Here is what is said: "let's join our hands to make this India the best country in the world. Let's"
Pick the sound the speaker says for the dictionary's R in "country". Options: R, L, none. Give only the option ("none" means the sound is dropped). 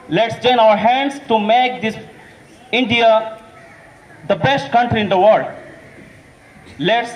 R